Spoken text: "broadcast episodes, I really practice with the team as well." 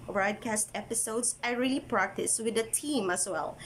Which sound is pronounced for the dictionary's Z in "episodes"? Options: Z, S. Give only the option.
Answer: S